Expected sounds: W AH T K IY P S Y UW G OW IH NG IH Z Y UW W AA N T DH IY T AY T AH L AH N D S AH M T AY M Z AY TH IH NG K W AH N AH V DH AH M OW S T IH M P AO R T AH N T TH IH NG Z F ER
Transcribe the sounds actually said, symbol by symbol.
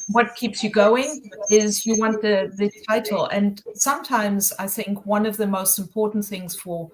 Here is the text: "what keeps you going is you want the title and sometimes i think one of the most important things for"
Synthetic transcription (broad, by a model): W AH T K IY P S Y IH G OW IH NG IH Z Y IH W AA N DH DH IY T AY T L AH N S AH M T AY M Z AY TH IH NG K W AH N AH V DH AH M OW S T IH M P AO R T N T TH IH NG Z F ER